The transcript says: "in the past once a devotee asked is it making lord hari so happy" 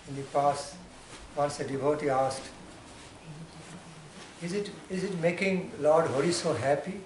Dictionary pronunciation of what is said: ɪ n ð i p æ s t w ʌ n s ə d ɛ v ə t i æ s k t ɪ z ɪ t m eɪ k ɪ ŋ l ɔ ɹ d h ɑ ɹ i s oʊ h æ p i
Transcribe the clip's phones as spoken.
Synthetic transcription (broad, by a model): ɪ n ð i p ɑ s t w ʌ n s ə d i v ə t i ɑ s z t ɪ z ɪ t m eɪ k ɪ ŋ l ɔ ɹ d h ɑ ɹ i s oʊ h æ p i